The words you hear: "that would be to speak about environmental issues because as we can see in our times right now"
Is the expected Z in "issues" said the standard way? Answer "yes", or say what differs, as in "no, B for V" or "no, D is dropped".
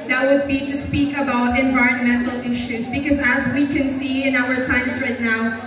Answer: yes